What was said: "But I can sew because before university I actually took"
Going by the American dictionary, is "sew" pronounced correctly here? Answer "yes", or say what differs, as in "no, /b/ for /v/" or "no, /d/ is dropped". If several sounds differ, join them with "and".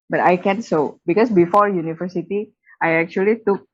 yes